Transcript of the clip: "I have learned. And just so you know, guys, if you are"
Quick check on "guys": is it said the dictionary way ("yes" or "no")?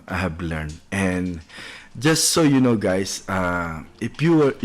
no